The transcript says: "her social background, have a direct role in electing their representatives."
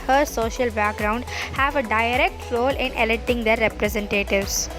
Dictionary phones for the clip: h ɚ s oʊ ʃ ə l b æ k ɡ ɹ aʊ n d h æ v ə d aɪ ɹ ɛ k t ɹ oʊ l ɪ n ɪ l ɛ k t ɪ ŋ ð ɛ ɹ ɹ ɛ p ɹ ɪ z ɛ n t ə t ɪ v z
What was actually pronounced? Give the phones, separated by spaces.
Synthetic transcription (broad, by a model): h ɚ s oʊ ʃ ə l b æ k ɡ ɹ aʊ n d h æ v ə d aɪ ɹ ɛ k t ɹ oʊ l ɪ n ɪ l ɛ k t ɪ ŋ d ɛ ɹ ɹ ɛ p ɹ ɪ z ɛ n t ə t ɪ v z